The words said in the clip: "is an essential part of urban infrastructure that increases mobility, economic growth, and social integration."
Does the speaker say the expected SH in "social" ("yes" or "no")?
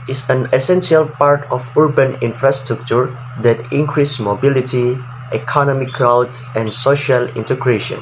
yes